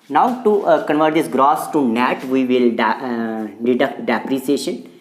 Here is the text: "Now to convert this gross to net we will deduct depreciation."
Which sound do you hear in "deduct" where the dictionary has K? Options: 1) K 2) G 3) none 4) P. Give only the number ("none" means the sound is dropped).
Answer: 1